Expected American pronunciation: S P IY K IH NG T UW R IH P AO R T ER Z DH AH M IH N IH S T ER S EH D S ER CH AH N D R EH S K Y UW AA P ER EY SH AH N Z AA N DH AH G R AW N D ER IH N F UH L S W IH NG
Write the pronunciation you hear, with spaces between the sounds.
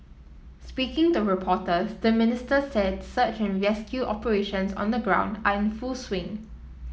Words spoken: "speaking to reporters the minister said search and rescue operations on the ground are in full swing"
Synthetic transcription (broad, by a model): S P IY K IH NG T UW R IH P AO T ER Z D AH M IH N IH S T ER S EH D S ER CH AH N R EH S K Y UW AA P ER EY SH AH N S AA N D AH G R AW N D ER IH N F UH L S W IH NG